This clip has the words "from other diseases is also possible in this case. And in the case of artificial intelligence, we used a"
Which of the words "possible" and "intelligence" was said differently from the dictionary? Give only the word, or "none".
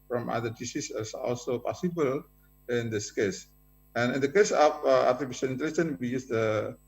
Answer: intelligence